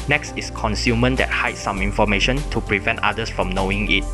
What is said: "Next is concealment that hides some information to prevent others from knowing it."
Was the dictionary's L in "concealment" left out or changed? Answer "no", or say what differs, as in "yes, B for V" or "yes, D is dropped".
yes, L is dropped